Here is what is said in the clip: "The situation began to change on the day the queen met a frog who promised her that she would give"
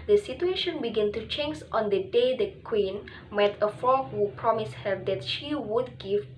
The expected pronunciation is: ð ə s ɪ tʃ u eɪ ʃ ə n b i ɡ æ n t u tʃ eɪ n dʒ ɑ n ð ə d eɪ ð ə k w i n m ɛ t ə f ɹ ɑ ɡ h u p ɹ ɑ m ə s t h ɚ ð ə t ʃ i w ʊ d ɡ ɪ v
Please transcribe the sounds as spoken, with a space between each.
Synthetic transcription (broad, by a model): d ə s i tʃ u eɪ ʃ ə n b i ɡ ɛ n t u tʃ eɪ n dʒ ɑ n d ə d eɪ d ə k w i n m ɛ t ə f ɑ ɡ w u p ɹ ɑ m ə s h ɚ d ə t ʃ i w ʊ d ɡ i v